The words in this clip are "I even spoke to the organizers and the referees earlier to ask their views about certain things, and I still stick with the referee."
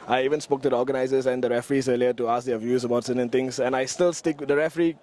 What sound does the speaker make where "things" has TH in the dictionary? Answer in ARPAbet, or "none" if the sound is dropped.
T